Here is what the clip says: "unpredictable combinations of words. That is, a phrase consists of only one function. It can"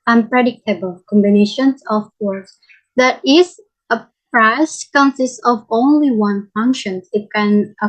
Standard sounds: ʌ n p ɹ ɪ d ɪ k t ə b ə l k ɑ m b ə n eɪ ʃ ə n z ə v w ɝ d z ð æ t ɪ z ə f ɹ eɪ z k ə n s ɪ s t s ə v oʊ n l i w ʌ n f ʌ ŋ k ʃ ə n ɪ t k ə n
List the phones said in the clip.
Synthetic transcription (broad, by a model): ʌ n p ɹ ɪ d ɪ k t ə b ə l k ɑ m b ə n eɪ ʃ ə n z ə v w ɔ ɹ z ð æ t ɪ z ə p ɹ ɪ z k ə n s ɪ s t ə v oʊ n l i w ʌ n f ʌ ŋ k ʃ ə n ɪ t k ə n